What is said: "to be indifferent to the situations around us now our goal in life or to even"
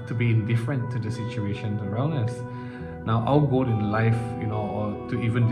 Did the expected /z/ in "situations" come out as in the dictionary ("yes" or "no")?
no